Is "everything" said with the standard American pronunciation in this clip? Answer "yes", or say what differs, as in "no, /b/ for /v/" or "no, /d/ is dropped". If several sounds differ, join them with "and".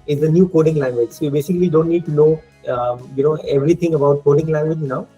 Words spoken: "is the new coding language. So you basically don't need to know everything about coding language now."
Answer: no, /t/ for /θ/